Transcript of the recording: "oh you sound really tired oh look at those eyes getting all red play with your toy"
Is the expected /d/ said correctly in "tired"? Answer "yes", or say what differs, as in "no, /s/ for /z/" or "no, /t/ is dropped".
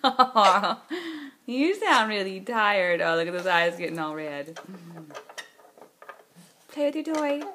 yes